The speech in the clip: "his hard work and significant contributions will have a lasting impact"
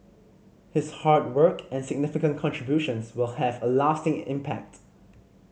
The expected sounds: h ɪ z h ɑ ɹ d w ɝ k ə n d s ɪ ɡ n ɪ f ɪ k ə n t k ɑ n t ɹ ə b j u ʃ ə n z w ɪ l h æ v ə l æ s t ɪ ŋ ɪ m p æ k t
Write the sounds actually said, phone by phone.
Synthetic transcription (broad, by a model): h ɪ s h ɑ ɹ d w ɝ k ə n s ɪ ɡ n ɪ f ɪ k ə n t k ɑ n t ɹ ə b j u ʃ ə n s w ɪ l h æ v ə l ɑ s t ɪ ŋ ɪ m p æ k t